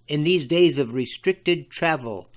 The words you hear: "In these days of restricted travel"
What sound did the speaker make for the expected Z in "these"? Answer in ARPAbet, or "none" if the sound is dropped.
Z